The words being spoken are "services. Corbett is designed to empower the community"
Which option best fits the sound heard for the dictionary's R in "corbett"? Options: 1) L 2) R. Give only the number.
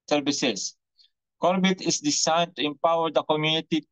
2